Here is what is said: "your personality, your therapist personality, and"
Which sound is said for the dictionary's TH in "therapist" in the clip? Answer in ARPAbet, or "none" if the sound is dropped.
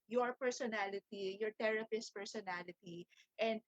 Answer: T